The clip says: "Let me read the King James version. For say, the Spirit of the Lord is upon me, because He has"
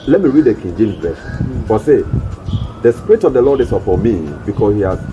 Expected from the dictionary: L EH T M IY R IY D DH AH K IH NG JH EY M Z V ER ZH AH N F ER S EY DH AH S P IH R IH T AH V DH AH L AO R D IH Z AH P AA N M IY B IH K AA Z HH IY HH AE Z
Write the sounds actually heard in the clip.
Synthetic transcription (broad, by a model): L EH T M IY R IY D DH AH K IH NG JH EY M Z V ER S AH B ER S EY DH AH S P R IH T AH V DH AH L AO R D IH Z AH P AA M IY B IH K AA S HH IY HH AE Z